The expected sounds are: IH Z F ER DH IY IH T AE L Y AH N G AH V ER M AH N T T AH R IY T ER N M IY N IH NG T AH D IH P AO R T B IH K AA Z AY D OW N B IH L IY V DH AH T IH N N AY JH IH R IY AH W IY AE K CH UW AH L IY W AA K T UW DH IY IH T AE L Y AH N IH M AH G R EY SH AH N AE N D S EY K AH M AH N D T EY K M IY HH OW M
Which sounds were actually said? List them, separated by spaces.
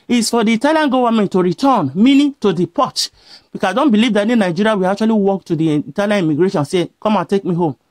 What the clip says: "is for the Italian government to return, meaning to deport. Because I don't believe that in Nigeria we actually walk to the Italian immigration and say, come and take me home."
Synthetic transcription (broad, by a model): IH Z F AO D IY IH T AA L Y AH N G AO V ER M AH N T T AH R IY T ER N M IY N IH T AH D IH P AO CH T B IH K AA AY D OW N B IH L IY V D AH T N N AY JH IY R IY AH W IY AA K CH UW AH L IY W AA K T UW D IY T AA L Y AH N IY M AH G R EY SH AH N N S EY K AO M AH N T EY K M IY HH OW M